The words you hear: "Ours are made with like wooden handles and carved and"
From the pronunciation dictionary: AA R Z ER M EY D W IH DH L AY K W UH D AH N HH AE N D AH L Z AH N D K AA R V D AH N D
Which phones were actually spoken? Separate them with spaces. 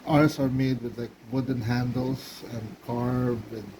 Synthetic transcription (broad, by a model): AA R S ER M EY D W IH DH L AY K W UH D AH N HH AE N D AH L S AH N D K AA R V AH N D